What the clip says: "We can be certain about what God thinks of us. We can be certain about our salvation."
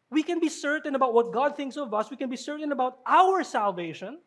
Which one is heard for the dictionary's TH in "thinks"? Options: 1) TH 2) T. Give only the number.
1